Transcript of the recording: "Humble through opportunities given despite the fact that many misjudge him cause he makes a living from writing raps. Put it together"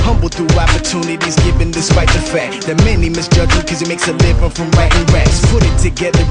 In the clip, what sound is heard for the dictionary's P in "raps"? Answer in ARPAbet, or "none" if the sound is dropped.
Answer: none